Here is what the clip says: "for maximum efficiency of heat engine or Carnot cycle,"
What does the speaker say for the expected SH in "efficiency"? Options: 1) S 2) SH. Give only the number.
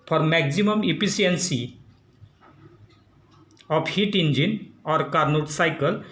1